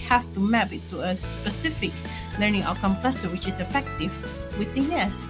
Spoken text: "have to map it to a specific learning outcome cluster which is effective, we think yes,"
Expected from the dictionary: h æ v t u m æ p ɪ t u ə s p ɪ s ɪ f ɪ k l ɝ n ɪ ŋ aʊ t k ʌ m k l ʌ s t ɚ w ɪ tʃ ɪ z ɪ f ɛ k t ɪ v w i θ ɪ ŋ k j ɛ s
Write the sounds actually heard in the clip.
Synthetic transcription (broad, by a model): h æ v t u m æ b ɪ t u ə s p ɪ s ɪ f ɪ k l ɝ n ɪ ŋ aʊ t k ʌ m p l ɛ s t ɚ w ɪ tʃ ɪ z ɪ f ɛ k t ɪ v w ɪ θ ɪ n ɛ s